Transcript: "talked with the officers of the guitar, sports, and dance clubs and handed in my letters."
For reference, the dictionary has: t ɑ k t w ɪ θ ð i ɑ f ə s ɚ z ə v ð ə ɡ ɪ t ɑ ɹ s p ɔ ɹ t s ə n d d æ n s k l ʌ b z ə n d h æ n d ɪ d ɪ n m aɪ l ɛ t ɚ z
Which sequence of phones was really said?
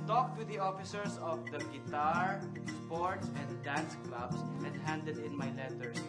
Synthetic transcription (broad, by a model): t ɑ k t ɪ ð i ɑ f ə s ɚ s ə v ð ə ɡ ɪ t ɑ ɹ s p ɔ ɹ t s ə n d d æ n s k l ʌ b s ə n d h æ n d ɪ d ɪ n m aɪ l ɛ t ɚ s